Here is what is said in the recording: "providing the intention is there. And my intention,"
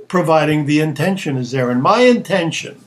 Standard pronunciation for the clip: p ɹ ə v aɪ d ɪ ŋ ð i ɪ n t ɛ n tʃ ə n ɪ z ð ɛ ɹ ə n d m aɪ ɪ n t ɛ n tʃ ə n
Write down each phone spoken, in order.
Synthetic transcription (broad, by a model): p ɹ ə v aɪ d ɪ ŋ ð i ɪ n t ɛ n ʃ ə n ɪ z ð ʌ ɹ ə n m aɪ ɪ n t ɛ n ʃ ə n